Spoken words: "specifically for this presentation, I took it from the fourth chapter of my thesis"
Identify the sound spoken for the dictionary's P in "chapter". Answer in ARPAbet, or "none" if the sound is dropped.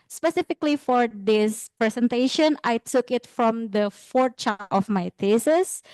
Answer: none